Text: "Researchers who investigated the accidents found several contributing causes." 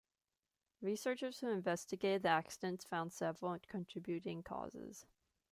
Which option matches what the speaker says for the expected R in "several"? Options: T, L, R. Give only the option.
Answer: L